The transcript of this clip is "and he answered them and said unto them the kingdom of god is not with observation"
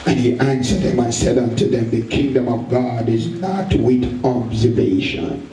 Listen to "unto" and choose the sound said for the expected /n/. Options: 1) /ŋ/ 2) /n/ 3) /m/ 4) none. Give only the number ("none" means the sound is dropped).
2